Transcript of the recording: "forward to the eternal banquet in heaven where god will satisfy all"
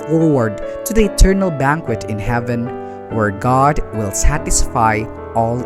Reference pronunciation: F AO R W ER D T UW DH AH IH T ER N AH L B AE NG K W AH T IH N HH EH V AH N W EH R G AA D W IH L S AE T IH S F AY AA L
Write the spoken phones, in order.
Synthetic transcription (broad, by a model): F AO R W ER D T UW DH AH IH T ER N AH L B AE NG K W AH T IH N HH EH V AH N W EH R G AA D W IH L S AE T IH S F AY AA L